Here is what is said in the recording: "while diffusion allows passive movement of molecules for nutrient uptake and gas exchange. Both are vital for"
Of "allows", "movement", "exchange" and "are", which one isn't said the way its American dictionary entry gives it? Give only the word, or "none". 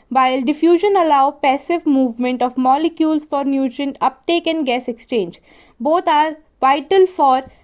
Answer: allows